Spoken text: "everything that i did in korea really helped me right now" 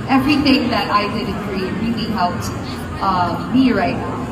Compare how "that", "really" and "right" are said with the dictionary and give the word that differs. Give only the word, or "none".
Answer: really